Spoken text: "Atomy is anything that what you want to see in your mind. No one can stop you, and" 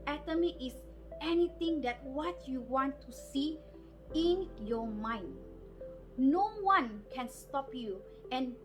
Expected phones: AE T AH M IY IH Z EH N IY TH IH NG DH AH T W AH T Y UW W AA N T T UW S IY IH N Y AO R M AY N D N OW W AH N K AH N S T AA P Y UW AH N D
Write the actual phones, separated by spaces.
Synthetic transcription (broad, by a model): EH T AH M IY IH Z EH N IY T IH NG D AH T W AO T Y UW W AA N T T UW S IY IH N Y AO M AY N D N OW W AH N K AH N S T AA P Y UW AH N